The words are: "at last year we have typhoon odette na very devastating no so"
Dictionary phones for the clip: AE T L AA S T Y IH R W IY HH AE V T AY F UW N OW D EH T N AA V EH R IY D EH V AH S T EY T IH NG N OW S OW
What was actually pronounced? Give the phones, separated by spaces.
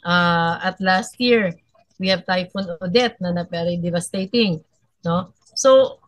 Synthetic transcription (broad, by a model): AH T L AA S T Y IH R W IY HH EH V T AY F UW N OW D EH T N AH P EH R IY D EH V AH S T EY T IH NG N OW S OW